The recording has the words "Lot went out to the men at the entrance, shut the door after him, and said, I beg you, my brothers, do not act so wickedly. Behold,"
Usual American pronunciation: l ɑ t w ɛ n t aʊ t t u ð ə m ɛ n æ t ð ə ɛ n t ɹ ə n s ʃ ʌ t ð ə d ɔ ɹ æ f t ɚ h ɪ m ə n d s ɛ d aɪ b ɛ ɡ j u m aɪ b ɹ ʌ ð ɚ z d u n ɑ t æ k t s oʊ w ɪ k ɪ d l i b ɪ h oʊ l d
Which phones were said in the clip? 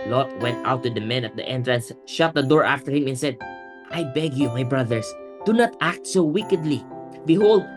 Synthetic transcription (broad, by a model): l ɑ t w ɛ n t aʊ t t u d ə m ɛ n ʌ t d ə ɛ n t ɹ ə n s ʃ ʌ t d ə d ɔ ɹ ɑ f t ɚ h ɪ m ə n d s ɛ d aɪ b ɛ ɡ j u m aɪ b ɹ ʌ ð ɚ s d u n ɑ t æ k t s oʊ w ɪ k ɪ d l i b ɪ h oʊ l d